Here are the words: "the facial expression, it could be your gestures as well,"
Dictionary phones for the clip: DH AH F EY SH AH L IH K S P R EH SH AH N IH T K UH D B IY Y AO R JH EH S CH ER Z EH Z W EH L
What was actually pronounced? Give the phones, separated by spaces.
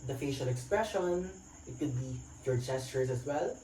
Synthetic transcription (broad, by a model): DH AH F EY SH AH L IH K S P R EH SH AH N IH T K UH D B IY Y AO R JH EH S CH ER S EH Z W EH L